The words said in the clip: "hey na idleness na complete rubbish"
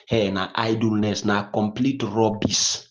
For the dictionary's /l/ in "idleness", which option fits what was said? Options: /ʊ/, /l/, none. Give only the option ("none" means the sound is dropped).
/l/